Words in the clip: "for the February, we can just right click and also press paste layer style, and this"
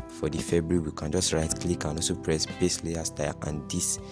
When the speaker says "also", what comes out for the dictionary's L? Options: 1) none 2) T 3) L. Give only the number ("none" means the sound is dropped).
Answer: 1